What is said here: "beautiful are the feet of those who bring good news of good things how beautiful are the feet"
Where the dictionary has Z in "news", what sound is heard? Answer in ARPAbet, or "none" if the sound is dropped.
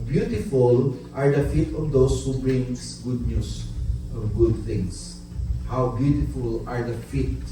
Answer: S